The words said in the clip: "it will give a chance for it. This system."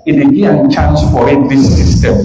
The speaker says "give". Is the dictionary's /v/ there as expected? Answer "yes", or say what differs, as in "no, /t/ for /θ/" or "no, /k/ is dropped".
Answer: no, /v/ is dropped